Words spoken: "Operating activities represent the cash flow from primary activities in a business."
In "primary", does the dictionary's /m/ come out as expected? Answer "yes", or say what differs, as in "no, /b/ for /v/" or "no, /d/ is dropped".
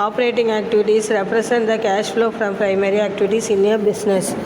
yes